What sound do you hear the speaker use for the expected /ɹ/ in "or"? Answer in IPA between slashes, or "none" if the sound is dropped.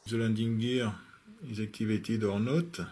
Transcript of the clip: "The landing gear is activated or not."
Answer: /ɹ/